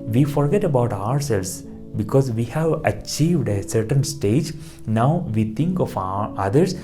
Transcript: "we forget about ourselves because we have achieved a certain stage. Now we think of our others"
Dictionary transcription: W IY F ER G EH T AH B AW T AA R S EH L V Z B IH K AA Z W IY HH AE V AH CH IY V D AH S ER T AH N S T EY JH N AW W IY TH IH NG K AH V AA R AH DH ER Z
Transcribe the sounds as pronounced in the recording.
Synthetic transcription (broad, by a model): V IY F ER G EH T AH B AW T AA R S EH L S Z B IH K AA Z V IY HH AE V AH CH IY V D AH S ER T AH N S T EY JH N AW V IY T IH NG K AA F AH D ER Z